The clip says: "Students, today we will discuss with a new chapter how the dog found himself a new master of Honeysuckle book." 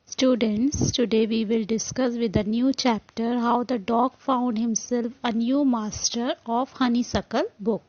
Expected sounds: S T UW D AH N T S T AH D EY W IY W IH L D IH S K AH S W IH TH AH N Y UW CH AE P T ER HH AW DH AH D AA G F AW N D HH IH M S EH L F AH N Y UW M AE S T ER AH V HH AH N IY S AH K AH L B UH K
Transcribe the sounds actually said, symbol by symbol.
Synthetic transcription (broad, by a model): S T UW D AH N T S T AH D EY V IY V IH L D IH S K AH S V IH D AH N Y UW CH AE P T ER HH AW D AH D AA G F AW N D HH IH M S EH L F AH N Y UW M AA S T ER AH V HH AH N IY S AH K AH L B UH K